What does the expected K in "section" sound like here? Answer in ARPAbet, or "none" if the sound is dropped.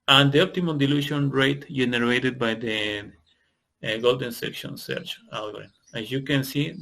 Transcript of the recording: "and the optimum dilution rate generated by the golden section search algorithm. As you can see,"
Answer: K